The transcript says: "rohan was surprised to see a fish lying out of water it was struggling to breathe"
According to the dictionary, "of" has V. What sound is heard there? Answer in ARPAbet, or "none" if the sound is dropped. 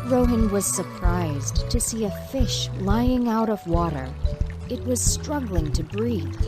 V